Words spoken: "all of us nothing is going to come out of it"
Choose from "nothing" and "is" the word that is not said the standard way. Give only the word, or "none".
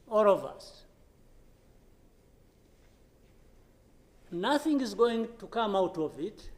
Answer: none